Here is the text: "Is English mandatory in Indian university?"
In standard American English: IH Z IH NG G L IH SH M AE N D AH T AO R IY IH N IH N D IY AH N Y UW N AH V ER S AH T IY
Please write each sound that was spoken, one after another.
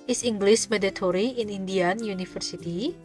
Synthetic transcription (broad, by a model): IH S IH NG G L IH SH M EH D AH T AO R IY IH N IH N D IY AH N Y UW N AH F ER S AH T IY